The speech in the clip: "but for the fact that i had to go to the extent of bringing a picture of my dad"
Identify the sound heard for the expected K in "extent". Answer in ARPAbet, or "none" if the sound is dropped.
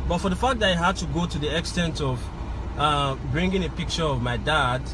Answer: K